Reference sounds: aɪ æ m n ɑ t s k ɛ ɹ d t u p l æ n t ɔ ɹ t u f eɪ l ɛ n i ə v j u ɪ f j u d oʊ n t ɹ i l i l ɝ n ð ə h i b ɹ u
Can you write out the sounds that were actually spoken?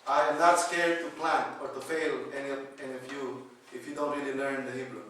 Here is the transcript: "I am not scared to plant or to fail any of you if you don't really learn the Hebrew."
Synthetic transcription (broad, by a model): aɪ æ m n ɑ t s k ɛ ɹ d t u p l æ n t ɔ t t u f eɪ l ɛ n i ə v j u ɪ f j u d oʊ n t ɹ i l i l ɝ n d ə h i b ɹ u